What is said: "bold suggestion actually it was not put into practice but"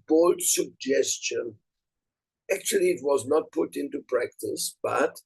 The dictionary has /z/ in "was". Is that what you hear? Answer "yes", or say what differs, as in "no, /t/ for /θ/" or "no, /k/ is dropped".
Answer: yes